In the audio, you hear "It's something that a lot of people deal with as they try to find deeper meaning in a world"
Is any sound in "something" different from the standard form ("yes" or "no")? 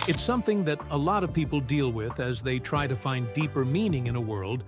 no